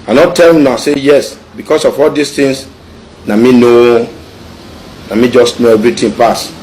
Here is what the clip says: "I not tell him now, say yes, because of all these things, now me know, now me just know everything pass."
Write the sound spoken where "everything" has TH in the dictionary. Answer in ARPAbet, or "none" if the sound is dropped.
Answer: T